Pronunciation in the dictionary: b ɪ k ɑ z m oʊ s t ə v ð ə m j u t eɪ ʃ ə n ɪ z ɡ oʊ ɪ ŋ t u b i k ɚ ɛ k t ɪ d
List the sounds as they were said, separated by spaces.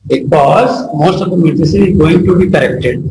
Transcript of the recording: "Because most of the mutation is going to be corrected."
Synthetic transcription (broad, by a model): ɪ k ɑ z m oʊ s t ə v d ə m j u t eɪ s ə ɪ z ɡ oʊ ɪ ŋ t u b i k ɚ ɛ k t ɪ d